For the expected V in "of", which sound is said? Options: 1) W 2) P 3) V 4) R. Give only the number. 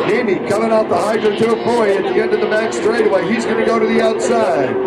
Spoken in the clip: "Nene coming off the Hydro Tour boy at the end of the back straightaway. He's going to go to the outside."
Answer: 3